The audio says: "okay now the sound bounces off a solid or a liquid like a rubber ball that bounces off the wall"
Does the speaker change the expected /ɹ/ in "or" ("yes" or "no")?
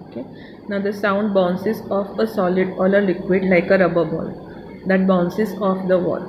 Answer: yes